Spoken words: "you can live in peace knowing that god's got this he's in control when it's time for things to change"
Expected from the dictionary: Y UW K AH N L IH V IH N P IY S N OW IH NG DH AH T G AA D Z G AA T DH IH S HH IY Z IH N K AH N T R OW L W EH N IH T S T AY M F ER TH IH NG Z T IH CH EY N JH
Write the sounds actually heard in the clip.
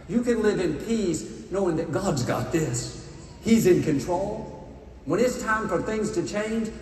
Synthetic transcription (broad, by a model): Y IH K AH N L IH V IH N P IY S N OW IH NG DH AH T G AA D Z G AA T DH IH S HH IY Z IH N K AH N T R OW L W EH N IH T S T AY M F ER TH IH NG Z T IH CH EY N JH